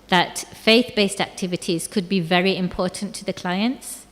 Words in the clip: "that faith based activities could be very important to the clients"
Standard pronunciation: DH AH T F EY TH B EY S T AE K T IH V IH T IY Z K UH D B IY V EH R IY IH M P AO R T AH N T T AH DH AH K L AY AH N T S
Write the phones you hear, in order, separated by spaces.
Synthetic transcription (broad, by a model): DH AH T F EY TH B EY S T AE K T IH V IH T IY Z K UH D B IY V EH R IY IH M P AO R T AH N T T AH DH AH K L AY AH N T S